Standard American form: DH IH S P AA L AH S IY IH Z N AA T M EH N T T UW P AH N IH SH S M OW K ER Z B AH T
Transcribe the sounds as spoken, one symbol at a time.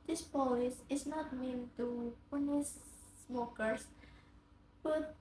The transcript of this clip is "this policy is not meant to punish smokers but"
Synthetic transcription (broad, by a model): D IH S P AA AH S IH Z N AA T M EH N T T UW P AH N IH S M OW K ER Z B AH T